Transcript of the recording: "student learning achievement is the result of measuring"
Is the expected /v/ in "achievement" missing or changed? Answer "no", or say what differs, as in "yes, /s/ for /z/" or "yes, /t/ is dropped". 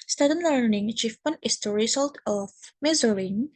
yes, /f/ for /v/